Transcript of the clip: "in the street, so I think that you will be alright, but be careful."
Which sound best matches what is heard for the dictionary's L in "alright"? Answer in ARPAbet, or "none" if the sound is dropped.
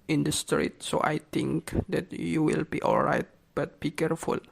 L